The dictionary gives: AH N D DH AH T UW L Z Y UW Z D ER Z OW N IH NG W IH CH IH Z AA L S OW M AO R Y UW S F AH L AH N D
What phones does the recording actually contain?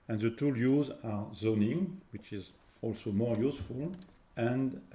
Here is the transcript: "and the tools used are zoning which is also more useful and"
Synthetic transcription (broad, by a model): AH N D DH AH T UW L Y UW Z AA Z OW N IH NG W IH CH IH Z AA L S OW M AO R Y UW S F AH L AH N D